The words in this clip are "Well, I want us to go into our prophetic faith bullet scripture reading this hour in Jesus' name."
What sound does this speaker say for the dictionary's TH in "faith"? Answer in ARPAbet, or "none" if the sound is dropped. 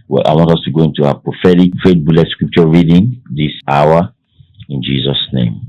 T